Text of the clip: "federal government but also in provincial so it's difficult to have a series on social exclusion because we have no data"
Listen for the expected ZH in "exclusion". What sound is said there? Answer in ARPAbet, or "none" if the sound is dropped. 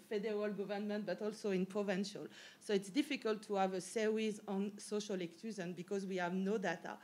Z